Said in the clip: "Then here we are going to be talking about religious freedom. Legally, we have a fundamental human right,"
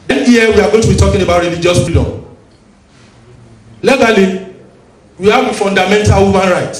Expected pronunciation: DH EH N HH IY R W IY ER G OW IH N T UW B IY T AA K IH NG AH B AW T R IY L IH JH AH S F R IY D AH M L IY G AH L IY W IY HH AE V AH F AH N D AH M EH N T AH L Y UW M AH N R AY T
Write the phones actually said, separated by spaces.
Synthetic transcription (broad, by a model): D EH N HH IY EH W IY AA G OW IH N T UW B IY T AA K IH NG AH B AW T R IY L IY JH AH S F IY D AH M L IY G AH L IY W IY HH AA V AH F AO N D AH M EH N T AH L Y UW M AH N R AY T